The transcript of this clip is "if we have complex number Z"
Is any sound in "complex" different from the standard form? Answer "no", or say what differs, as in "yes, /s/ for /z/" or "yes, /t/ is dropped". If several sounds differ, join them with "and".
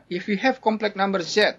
yes, /s/ is dropped